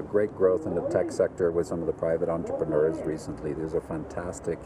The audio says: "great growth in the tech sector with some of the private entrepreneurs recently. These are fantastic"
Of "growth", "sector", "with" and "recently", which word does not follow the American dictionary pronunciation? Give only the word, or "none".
none